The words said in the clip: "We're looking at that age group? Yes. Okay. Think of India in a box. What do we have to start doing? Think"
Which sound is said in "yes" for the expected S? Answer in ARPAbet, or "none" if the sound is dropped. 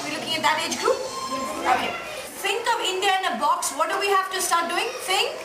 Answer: none